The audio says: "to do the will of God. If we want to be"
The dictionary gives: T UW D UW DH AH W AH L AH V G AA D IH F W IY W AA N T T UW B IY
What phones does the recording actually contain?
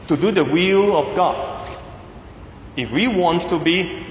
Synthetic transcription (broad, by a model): T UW D UW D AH W AH L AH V G AA D IH F W IY W AA N T T UW B IY